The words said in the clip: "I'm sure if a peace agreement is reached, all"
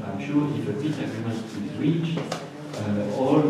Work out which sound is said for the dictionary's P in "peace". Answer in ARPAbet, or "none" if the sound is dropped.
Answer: B